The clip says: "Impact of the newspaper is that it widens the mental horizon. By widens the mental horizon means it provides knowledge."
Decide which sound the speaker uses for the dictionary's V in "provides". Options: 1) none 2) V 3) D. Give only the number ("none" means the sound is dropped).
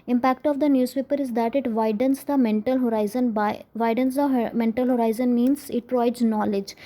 1